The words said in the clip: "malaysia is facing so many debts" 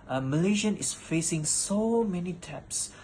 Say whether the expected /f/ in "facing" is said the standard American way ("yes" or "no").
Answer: yes